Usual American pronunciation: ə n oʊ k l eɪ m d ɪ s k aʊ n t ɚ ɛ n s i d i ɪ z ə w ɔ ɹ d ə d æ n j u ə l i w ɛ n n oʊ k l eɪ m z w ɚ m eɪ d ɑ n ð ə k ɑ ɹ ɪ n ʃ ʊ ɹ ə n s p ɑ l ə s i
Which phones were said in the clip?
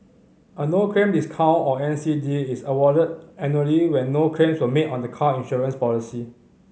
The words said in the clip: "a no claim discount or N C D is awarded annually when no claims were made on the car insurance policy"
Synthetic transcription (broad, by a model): ə n oʊ k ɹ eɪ m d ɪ s k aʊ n ɔ ɛ n s i d i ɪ s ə w ɔ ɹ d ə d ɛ n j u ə l i w ɛ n n oʊ k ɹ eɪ m s w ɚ m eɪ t ɑ n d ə k ɑ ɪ n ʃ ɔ ɹ ə n s p ɑ l ə s i